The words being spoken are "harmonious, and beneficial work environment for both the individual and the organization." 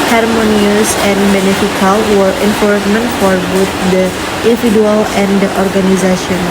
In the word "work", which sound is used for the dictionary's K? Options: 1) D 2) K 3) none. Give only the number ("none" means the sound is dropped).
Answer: 3